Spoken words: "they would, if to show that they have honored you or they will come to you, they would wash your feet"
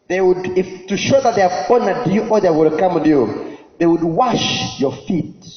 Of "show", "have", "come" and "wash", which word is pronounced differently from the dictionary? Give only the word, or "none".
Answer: have